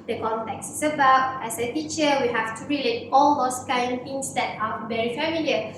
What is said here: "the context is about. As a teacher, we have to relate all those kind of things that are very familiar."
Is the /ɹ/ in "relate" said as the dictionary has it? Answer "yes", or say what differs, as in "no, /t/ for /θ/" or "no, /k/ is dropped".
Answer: yes